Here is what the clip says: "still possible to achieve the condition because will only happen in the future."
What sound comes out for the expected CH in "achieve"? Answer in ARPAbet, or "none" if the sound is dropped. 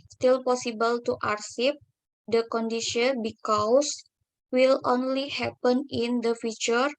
S